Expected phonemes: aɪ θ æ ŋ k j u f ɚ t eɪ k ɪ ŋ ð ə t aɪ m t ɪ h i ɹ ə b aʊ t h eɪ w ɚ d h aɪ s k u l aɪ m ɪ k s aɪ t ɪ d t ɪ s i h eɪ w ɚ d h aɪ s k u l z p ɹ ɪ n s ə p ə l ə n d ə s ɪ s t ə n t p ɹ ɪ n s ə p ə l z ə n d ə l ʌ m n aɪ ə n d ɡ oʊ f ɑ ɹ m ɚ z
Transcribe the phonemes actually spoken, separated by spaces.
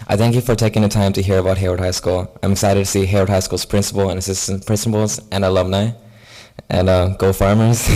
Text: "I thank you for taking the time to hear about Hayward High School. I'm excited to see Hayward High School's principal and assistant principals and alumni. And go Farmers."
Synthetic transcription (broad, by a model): aɪ θ æ ŋ k j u f ɚ t eɪ k ɪ ŋ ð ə t aɪ m t ɪ h i ɹ ə b aʊ t h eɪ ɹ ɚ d h aɪ s k u l aɪ m ɪ k s aɪ t ɪ d t ɪ s i h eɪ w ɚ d h aɪ s k u l z p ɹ ɪ n s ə p l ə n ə s ɪ s t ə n p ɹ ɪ n s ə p l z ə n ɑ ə l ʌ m n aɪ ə n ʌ ɡ oʊ f ɑ ɹ m ɚ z